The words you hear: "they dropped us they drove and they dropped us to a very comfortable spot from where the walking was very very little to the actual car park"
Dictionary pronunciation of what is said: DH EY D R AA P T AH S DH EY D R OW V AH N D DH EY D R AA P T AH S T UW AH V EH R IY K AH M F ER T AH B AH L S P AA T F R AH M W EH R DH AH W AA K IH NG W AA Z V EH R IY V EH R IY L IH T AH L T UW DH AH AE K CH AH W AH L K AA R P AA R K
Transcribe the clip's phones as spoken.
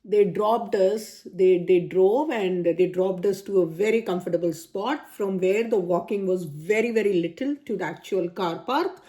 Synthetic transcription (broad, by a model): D EY D R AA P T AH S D EY D R OW V AH N D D EY D R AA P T AH S T UW AH V EH R IY K AH M F ER T AH B AH L S P AA T F R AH M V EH R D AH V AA K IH NG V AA Z V EH R IY V EH R IY L IH T AH L T UW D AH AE K CH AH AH L K AA R P AA R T